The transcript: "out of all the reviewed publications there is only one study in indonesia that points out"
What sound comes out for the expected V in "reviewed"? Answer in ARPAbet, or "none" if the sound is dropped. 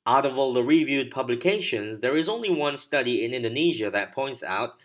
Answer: V